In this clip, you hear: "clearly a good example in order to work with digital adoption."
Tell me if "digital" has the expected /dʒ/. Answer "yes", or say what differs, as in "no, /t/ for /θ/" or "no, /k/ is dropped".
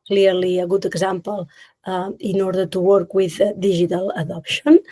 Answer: no, /ʒ/ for /dʒ/